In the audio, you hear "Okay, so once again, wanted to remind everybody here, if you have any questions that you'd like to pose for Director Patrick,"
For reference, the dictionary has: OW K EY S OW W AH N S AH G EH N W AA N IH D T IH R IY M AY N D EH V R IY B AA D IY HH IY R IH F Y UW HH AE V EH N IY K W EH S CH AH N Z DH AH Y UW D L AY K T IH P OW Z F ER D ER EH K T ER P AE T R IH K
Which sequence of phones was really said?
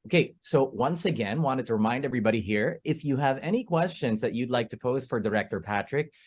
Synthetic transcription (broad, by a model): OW K EY S OW W AH N S AH G EH N W AA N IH D T IH R IY M AY N D EH V R IY B AA D IY HH IY R IH F Y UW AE V EH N IY K W EH S CH AH N Z DH AH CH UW D L AY K T IH P OW Z F ER D ER EH K T ER P AE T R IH K